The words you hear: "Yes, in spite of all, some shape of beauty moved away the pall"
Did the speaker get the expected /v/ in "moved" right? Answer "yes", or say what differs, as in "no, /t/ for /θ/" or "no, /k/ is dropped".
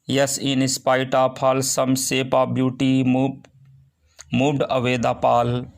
no, /v/ is dropped